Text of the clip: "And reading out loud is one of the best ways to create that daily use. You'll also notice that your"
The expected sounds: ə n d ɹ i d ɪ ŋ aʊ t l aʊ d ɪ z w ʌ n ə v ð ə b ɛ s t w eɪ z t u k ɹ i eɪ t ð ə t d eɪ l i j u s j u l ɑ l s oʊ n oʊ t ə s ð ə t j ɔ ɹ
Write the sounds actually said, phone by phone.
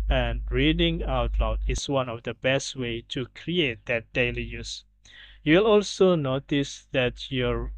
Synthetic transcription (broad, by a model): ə n ɹ i d ɪ ŋ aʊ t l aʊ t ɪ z w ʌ n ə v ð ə b ɛ s t w eɪ t u k ɹ i eɪ t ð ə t d eɪ l i j u s j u l ɑ l s oʊ n oʊ t ə s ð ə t j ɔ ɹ